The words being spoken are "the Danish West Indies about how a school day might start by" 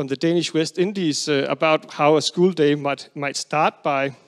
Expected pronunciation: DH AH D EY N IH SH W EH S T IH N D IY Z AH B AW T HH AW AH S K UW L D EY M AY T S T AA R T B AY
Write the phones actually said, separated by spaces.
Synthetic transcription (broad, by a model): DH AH D EY N IH SH W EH S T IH N D IY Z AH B AW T HH AW AH S K UW L D EY M AY T S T AA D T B AY